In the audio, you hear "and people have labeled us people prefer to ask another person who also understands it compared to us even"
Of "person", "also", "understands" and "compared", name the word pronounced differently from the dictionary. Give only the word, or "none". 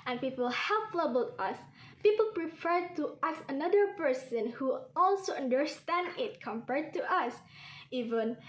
understands